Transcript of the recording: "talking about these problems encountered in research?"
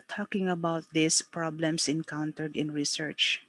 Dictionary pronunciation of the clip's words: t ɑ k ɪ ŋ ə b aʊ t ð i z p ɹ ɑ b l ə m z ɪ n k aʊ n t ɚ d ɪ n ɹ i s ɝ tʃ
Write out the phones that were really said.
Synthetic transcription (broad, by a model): t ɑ k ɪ ŋ ə b aʊ t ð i s p ɹ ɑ b l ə m s ɪ n k aʊ n t ɚ d ɪ n ɹ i s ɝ tʃ